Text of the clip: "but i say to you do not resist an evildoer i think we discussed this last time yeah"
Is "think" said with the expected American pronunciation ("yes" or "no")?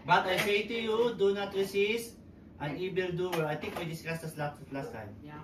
no